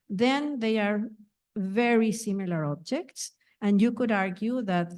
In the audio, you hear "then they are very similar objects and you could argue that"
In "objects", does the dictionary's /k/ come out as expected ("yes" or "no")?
yes